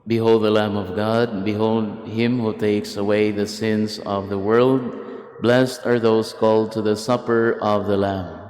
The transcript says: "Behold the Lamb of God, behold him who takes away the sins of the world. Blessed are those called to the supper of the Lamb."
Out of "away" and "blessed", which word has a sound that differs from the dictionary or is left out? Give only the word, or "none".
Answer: none